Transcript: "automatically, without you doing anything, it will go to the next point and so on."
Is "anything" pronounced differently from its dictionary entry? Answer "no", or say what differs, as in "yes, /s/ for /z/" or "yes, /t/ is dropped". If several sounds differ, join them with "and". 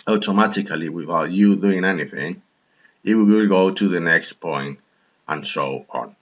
no